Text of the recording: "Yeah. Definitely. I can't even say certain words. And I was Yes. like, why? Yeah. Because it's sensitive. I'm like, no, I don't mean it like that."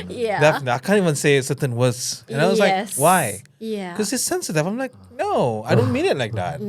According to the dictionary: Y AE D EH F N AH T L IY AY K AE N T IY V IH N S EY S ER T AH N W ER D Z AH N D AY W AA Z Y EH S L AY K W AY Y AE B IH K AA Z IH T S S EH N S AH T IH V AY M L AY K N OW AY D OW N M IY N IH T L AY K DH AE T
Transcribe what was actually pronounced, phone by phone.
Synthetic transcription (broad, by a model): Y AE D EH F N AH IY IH K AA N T IY V IH N S EY S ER T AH N W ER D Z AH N AY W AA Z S L AY K W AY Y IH K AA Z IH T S S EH N S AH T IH F AY M L AY K N OW AY D OW N M IY N IH T L AY K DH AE T